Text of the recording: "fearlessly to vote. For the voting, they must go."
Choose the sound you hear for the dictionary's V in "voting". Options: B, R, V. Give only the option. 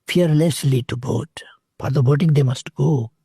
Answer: B